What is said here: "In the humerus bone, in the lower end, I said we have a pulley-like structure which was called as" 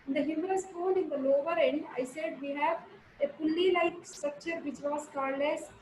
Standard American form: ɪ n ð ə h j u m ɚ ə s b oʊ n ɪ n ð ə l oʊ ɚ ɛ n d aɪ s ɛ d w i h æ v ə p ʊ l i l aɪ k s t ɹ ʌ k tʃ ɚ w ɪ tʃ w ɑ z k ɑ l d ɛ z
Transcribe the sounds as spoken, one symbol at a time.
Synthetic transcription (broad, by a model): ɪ n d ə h j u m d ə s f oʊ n ɪ n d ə l oʊ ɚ ɛ n d aɪ s ɛ d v i h æ v ə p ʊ l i l aɪ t s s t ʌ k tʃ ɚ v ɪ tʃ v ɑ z k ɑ d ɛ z